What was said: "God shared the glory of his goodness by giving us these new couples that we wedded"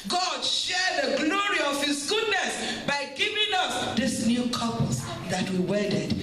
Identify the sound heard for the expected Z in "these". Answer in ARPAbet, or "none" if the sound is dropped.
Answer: S